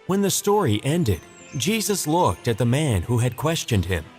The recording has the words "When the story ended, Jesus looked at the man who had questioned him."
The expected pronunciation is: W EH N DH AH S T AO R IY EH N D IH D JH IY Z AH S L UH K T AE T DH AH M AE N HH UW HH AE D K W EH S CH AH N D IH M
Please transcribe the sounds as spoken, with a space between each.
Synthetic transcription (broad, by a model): W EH N DH AH S T AO R IY EH N D IH D JH IY Z AH S L UH K T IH T DH AH M AE N HH UW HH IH D K W EH S CH AH N D IH M